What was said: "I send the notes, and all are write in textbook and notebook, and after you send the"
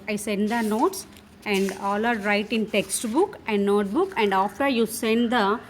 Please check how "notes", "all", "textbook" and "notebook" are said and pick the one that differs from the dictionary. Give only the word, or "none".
none